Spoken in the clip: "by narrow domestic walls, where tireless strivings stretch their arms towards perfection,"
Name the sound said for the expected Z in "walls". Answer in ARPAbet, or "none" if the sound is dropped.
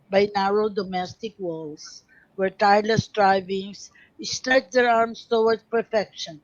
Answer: S